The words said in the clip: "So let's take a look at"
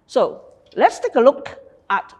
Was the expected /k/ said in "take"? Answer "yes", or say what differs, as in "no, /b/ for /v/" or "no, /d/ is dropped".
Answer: yes